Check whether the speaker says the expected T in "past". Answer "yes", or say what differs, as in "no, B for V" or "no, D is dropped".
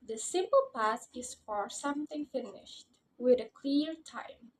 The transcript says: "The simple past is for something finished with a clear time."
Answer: no, T is dropped